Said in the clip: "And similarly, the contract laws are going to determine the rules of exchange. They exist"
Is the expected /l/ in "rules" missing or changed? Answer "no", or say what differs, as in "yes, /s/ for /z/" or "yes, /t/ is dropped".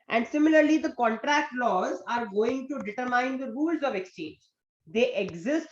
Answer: no